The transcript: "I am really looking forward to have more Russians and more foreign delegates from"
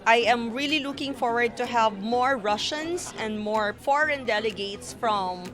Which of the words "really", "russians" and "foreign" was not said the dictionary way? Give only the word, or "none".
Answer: russians